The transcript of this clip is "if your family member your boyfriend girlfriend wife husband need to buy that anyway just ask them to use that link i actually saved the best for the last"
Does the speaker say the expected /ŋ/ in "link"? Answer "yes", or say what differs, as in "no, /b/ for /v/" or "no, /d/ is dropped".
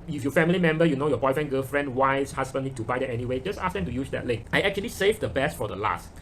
no, /ŋ/ is dropped